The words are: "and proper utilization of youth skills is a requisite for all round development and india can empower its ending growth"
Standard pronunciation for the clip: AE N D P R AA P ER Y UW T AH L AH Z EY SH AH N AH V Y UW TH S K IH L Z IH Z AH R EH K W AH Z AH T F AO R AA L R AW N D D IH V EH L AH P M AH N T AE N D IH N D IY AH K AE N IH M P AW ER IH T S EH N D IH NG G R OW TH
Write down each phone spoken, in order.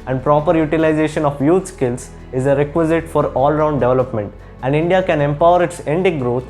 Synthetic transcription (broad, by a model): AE N D P R AA P ER Y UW T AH L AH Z EY SH AH N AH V Y UW T S K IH L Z IH Z AH R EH K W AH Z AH T F AO R AA L R AW N D D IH V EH L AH P M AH N T AE N D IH N D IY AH K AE N IH M P AW ER IH T S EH N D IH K G R OW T